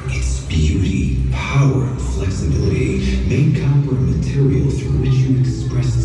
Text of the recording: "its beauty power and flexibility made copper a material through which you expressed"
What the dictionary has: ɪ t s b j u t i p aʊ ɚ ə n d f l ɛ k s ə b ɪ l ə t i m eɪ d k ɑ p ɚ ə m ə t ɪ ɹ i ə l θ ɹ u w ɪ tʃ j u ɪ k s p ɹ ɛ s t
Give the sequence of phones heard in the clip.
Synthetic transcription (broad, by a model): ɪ t s b j u t i p aʊ ɚ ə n f l ɛ k s ə b ɪ l ə t i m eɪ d k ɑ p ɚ ə m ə t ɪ ɹ i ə l f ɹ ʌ w ɪ tʃ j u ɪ k s p ɹ ɛ s